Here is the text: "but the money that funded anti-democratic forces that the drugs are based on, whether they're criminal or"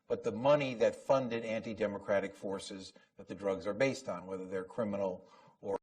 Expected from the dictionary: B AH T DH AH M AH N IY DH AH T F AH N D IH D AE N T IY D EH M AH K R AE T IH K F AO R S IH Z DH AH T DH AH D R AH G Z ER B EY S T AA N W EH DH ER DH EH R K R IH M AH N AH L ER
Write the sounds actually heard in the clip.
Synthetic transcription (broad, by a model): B AH T DH AH M AH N IY DH AH T F AH N D IH D AE N T IY D EH M AH K R AE T IH K F AO R S IH Z DH AH T DH AH D R AH G Z ER B EY S T N W EH DH ER DH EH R K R IH M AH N L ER